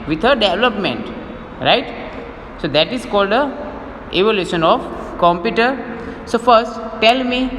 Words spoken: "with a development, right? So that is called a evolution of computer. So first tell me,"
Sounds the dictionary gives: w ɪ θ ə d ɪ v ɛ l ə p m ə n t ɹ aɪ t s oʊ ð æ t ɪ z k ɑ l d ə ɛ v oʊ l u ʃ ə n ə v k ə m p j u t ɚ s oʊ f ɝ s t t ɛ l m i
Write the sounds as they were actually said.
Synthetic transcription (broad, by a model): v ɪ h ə d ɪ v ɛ l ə p m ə n t ɹ aɪ t s oʊ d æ t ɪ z k ɑ l d ə ɛ v oʊ l u ʃ ə n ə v k ə m p j u t ɚ s oʊ f ɝ s t t ɛ l m i